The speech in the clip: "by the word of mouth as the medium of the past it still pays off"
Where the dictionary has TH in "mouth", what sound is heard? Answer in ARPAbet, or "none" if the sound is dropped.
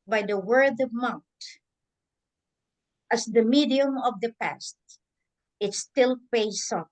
T